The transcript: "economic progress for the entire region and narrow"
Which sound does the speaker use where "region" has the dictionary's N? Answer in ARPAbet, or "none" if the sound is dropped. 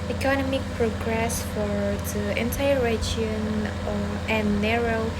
none